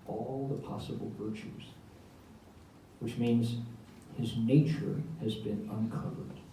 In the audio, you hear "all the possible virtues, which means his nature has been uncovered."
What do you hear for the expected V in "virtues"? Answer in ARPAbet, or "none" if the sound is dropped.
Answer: V